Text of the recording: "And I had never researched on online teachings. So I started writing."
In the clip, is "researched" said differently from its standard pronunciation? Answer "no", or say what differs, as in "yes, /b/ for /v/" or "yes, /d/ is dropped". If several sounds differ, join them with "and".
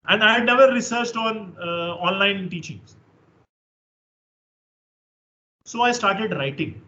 no